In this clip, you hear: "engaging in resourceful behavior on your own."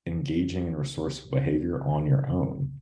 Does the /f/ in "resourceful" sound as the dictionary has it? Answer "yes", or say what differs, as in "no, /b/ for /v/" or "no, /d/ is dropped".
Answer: no, /f/ is dropped